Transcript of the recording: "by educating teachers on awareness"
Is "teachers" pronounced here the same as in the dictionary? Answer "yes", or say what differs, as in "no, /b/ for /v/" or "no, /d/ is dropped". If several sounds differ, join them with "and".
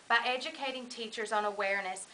yes